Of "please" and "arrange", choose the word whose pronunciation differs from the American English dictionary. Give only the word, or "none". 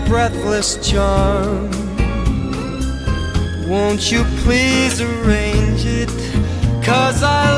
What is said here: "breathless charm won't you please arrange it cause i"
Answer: none